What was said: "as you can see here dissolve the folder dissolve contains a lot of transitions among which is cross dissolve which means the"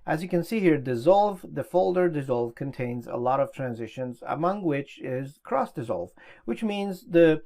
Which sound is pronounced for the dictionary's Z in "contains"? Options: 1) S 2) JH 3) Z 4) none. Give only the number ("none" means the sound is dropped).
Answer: 3